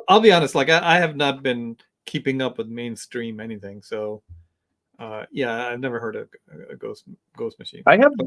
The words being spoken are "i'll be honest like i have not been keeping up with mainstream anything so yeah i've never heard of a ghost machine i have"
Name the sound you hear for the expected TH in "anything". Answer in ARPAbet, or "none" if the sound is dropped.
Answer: TH